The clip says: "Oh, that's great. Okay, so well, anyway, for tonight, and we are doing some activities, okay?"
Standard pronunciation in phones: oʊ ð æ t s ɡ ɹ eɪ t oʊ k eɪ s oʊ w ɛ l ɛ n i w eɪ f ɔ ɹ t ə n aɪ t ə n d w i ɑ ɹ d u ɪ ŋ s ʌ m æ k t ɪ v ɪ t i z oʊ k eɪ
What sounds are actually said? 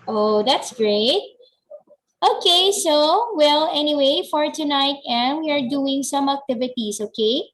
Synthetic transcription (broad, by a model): oʊ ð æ t s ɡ ɹ eɪ t oʊ k eɪ s oʊ w ɛ l ɛ n i w eɪ f ɔ ɹ t ə n aɪ t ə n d w i ɑ ɹ d u ɪ ŋ s ʌ m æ k t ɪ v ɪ t i s oʊ k eɪ